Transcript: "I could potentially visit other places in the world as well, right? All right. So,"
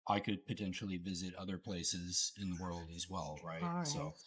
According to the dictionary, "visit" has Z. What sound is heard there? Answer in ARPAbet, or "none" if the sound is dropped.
Z